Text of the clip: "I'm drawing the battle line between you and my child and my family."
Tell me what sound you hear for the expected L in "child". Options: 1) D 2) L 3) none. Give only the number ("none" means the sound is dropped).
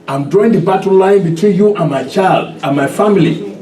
2